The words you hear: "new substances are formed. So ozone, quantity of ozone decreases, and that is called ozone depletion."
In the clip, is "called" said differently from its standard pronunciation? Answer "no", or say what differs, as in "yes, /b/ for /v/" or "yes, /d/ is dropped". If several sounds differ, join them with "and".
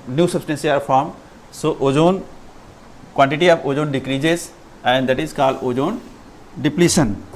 yes, /d/ is dropped